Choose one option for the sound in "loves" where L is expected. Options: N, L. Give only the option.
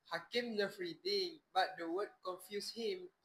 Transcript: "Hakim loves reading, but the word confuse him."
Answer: N